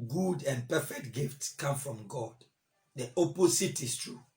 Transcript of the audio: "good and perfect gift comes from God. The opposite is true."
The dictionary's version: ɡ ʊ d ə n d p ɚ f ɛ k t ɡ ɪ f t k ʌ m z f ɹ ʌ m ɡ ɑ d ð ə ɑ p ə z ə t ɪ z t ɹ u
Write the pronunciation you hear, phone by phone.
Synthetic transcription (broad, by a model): ɡ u d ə n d p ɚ f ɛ k t ɡ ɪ f t k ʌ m f ɹ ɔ m ɡ ɑ d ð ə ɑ p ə s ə t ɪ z t ɹ u